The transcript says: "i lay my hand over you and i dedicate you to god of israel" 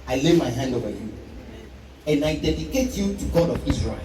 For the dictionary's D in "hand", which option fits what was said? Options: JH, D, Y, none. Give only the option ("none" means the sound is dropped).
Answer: D